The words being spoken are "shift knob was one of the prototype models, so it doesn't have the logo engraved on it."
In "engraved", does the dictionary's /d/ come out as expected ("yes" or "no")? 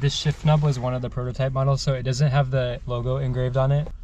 yes